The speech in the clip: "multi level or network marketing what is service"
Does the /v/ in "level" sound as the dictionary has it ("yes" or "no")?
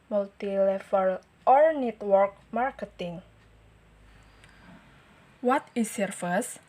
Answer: no